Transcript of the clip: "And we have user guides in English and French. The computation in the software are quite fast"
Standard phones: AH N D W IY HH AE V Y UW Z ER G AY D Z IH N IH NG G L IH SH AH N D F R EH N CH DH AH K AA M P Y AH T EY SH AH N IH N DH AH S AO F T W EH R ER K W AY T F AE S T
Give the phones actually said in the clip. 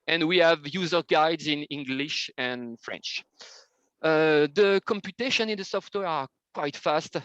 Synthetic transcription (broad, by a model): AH N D W IY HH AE V Y UW Z ER G AY D Z IH N IH NG G L IH SH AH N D F R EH N CH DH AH K AA M P Y AH T EY SH AH N IH N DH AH S AO F T W EH R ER K W AY T F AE S T